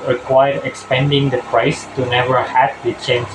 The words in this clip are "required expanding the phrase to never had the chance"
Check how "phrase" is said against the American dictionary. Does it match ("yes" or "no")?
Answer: no